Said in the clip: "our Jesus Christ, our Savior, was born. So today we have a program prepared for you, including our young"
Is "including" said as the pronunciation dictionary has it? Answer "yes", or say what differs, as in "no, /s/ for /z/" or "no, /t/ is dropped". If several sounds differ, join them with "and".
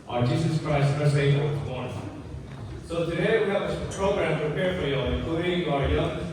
no, /n/ is dropped and /l/ is dropped